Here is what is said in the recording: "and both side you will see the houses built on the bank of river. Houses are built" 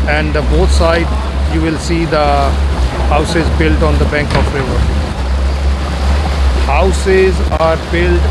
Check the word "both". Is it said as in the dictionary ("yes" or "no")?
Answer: no